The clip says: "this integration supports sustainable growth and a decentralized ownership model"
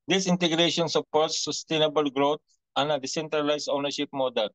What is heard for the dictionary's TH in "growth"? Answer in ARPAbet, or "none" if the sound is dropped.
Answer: T